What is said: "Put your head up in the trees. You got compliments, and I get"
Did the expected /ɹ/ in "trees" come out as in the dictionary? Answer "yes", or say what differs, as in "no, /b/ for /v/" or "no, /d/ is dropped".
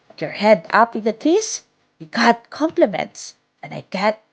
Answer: no, /ɹ/ is dropped